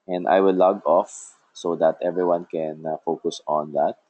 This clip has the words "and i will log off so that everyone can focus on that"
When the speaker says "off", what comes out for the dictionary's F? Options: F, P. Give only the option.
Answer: F